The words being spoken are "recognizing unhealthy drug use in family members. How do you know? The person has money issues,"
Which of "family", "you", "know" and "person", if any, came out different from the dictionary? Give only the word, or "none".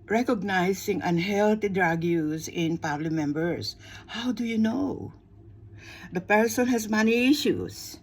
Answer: family